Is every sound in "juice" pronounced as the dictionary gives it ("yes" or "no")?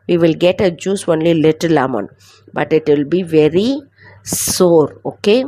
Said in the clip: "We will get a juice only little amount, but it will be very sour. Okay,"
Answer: yes